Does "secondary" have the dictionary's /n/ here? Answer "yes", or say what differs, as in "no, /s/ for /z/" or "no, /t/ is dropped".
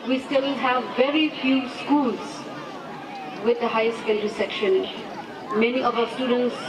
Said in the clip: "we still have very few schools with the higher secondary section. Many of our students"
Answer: no, /l/ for /n/